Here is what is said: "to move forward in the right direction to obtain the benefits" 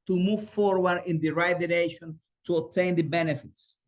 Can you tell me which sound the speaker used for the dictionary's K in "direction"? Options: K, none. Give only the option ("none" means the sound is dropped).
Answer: none